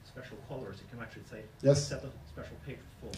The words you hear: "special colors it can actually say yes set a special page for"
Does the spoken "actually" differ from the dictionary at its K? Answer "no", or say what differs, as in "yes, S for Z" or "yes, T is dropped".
no